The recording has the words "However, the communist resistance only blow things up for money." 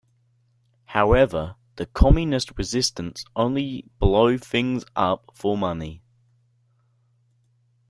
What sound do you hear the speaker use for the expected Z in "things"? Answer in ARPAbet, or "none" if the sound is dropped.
Z